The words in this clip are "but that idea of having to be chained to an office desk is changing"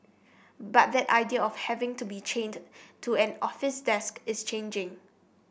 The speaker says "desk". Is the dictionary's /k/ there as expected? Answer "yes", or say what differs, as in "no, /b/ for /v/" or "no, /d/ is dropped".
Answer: yes